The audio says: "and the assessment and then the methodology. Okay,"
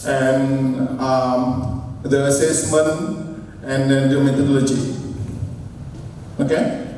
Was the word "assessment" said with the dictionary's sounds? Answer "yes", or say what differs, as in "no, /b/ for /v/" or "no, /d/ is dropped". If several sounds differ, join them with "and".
no, /t/ is dropped